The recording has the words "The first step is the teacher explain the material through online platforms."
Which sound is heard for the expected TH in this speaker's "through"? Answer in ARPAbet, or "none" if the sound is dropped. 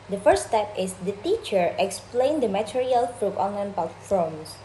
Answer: F